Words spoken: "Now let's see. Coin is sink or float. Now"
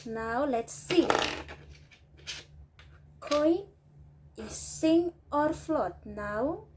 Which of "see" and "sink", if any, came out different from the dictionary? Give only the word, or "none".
sink